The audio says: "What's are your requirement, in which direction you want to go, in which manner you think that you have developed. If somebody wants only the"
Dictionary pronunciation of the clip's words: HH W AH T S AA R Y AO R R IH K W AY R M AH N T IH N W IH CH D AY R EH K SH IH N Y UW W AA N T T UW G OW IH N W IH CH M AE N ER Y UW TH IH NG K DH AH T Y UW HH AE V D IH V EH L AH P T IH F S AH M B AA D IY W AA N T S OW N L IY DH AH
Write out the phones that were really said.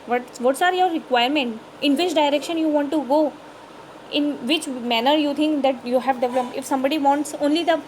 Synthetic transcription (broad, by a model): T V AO T S AA R Y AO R R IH K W AY R M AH N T IH N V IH CH D AY R EH K SH IH N Y UW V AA N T T UW G OW IH N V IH CH M AE N ER Y UW T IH NG K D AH T Y UW HH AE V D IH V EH L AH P IH F S AH M B AA D IY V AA N T S OW N L IY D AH